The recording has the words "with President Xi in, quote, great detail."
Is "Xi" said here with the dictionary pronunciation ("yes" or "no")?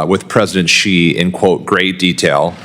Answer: yes